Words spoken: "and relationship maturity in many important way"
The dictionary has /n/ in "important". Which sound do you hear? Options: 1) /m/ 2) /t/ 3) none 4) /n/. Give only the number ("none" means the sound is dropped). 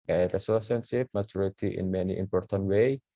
4